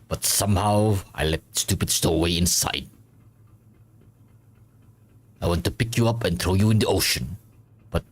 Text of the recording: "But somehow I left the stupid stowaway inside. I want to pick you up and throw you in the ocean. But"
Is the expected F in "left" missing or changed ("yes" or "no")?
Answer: yes